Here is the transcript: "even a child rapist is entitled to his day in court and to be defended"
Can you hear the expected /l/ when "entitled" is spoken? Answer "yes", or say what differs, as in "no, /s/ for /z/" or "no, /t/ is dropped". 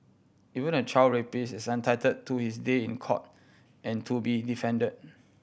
no, /l/ is dropped